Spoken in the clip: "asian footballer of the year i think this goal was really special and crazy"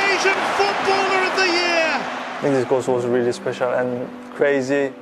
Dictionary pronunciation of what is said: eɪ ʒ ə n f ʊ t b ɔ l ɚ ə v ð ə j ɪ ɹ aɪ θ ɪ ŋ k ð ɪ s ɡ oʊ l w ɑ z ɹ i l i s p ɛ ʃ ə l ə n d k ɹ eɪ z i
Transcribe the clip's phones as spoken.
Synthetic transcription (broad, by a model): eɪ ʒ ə n f ʊ t b ɔ l ɚ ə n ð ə j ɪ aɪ t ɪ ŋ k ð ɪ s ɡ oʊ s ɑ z ɹ i l i s p ɛ ʃ ə l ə n k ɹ eɪ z i